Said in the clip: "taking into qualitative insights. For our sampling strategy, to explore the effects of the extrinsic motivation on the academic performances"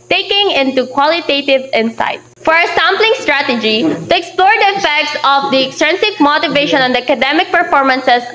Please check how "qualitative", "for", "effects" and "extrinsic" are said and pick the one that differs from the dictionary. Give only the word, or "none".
extrinsic